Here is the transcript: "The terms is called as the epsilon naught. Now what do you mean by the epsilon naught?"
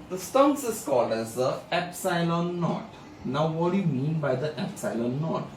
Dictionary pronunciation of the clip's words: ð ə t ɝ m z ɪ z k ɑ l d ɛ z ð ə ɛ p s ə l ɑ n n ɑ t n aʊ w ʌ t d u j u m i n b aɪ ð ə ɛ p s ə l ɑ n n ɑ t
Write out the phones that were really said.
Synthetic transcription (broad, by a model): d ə t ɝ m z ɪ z k ɑ l d ɛ z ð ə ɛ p s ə l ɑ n n ɑ t n aʊ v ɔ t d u j u m i n b aɪ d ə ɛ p s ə l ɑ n n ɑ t